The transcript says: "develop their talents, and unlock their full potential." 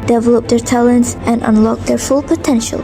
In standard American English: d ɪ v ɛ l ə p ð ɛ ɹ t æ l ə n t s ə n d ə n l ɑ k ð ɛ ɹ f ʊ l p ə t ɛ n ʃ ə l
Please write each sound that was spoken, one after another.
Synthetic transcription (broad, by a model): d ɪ v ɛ l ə p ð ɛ ɹ t æ l ə n t s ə n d ə n l ɑ k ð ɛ ɹ f ʊ l p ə t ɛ n ʃ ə l